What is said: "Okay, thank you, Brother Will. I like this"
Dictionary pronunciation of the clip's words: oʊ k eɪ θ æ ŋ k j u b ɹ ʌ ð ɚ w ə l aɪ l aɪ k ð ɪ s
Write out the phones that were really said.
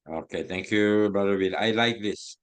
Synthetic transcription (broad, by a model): oʊ k eɪ t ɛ ŋ k j u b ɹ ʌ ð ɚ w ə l aɪ l aɪ k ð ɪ s